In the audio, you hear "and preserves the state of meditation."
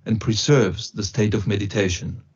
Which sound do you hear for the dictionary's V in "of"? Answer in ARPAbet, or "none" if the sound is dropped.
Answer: V